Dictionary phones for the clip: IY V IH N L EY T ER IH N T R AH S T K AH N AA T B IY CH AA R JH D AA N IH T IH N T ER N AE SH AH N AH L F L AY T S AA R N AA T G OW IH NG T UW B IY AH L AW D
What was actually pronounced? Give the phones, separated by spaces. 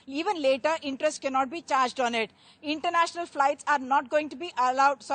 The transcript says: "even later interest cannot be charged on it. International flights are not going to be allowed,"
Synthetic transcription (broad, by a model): IY V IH N L EY T ER IH N T R AH S T K AH N AA T B IY CH AA R JH D AA N IH T IH N T ER N AE SH AH N AH L F L AY T S AA R N AA T G OW IH NG T UW B IY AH L AW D